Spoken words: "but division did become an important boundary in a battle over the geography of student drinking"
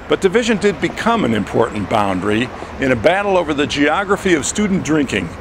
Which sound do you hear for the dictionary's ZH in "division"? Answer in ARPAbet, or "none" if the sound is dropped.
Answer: ZH